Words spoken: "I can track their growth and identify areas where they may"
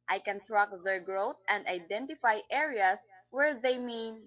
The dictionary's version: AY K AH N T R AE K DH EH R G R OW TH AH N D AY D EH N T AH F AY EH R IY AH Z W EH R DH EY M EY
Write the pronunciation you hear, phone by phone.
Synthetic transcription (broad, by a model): AY K AH N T R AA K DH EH R G R OW T AH N D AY D EH N T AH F AY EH R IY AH S W EH R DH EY M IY